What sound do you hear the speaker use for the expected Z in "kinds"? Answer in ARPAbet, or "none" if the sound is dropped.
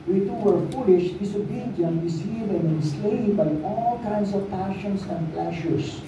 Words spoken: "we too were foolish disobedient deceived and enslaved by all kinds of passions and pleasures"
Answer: S